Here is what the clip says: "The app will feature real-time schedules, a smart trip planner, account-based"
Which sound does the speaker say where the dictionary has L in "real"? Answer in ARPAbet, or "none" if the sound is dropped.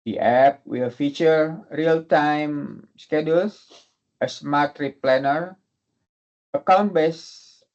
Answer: L